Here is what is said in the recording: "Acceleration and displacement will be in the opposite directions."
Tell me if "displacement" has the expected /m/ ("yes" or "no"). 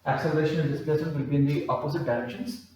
no